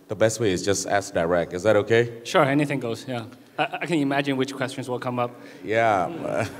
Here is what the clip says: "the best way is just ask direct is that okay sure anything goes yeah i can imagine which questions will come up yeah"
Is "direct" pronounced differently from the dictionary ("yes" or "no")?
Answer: yes